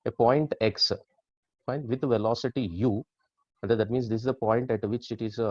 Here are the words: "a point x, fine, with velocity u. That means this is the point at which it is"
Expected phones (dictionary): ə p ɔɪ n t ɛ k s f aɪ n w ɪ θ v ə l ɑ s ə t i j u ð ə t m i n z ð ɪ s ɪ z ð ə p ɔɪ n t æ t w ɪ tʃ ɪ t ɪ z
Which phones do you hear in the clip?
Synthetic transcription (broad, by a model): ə p ɔɪ n t ɛ k s p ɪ n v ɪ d v ə l ɑ s ə t i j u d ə t m i n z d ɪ s ɪ z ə p ɔɪ n t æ t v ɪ tʃ ɪ t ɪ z